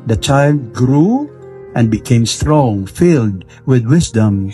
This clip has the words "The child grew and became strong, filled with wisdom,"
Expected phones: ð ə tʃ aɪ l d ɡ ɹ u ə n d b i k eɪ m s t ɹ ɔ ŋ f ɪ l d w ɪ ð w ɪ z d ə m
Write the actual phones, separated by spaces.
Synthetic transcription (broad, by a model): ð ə tʃ aɪ l d ɡ ɹ u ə n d b i k eɪ m s t ɹ ɔ ŋ f ɪ l d w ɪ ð w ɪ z d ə m